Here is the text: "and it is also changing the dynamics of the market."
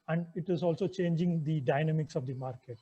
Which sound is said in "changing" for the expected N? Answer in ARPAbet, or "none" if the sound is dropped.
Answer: N